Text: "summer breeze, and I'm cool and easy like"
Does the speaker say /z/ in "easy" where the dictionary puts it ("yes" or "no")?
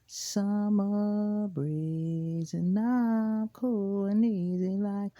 yes